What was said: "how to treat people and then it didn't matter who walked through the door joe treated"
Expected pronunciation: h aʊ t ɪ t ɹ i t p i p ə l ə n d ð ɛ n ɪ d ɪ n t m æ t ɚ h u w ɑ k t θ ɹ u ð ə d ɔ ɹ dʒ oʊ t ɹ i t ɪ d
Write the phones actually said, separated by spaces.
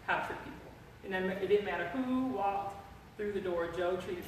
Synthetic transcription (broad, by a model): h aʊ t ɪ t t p i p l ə n ð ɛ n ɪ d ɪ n m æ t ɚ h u w ɑ k t θ ɹ u ð ə d ɔ ɹ dʒ oʊ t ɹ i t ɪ